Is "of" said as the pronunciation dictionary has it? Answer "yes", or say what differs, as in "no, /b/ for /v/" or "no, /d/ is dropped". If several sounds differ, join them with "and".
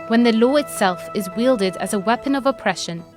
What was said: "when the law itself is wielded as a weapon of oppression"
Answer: yes